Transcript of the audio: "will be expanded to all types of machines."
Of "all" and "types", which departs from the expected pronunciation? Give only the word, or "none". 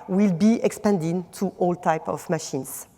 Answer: types